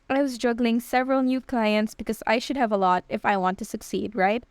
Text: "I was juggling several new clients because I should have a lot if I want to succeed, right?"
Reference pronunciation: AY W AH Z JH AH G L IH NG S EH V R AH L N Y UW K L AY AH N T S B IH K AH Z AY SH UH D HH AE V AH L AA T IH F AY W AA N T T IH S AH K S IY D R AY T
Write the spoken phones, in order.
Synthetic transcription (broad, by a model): AY W AH Z JH AH G L IH NG S EH V R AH L N Y UW K L AY AH N T S B IH K AH Z AY SH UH D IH V AH L AA T IH F AY W AA N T T IH S AH K S IY D R AY T